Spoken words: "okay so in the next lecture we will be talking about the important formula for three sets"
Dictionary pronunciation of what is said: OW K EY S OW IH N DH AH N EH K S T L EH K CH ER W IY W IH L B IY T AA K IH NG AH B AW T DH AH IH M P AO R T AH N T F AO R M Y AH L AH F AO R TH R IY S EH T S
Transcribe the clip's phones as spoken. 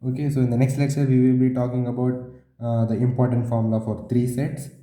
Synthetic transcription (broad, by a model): OW K EY S OW IH N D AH N EH K S T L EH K S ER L IY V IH L B IY T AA K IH NG AH B AW T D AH IH M P AO R T AH N T F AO R M L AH F AO R T R IY S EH T S